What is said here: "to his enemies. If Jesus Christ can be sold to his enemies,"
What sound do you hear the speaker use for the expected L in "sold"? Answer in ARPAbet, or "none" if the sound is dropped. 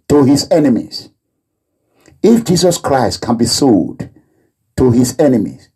none